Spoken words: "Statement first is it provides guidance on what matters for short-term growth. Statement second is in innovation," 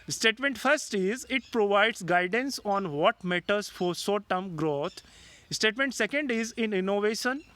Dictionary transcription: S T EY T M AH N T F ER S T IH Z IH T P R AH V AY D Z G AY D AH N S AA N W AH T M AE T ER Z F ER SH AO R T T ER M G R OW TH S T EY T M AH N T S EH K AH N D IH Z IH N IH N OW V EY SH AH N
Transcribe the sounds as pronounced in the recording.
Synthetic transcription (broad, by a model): S T EY T M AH N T F ER S T IH Z IH T P R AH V AY D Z G AY D AH N S AA N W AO T M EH T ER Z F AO S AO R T T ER M G R OW T S T EY T M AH N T S EH K AH N D IH Z IH N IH N OW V EY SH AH N